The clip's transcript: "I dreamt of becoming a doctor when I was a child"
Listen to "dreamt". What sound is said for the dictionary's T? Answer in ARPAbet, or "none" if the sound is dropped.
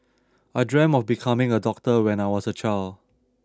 none